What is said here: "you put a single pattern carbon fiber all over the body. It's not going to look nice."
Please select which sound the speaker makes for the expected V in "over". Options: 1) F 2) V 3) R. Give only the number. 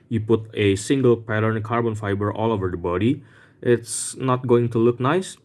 2